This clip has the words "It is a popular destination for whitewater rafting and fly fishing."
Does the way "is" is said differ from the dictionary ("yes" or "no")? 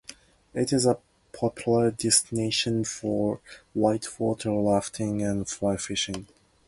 no